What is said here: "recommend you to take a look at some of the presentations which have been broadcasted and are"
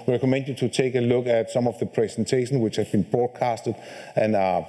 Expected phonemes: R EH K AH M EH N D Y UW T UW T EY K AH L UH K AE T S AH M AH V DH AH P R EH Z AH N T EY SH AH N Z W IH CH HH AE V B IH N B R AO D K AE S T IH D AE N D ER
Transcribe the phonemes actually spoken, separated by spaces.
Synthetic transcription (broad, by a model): R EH K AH M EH N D Y UW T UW T EY K AH L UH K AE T S AH M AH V DH AH P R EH S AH N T EY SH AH N S W IH CH HH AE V B IH N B R AO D K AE S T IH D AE N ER